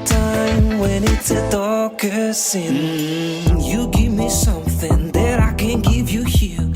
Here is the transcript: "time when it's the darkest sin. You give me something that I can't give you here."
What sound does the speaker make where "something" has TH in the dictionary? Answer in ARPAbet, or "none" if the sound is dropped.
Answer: TH